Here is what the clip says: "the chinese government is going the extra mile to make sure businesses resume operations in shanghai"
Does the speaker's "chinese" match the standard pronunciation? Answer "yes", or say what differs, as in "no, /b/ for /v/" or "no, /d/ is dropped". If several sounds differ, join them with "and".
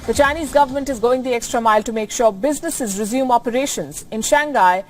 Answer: yes